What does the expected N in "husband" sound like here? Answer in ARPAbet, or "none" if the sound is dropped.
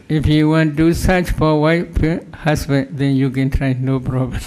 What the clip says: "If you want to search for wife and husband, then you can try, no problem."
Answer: none